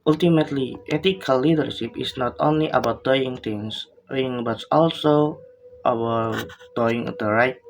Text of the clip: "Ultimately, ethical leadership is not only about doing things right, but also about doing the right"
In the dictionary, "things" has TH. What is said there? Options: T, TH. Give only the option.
T